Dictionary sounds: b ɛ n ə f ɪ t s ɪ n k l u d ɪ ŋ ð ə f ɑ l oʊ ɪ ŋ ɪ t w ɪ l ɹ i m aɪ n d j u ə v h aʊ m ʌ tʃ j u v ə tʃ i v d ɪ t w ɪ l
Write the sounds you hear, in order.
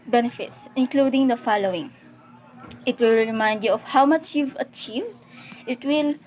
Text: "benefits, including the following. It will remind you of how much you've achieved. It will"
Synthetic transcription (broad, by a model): b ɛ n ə f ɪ t s ɪ n k l u d ɪ ŋ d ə f ɑ l oʊ ɪ ŋ ɪ t w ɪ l ɹ i m aɪ n d j u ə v h aʊ m ʌ tʃ j u v ə tʃ i v d ɪ t w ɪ l